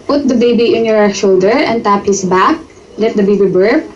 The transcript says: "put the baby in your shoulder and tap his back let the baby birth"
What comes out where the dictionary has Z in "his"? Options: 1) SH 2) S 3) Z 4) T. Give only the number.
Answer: 2